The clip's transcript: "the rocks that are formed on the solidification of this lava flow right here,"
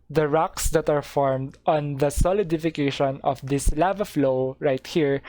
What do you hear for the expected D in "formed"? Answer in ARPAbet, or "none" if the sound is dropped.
D